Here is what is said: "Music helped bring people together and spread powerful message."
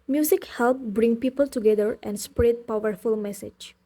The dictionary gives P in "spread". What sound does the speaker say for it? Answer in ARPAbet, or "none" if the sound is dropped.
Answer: P